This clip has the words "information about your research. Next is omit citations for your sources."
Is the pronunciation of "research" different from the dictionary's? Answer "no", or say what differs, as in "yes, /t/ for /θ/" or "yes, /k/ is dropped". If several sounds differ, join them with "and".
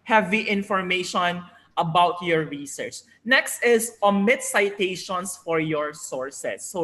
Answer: no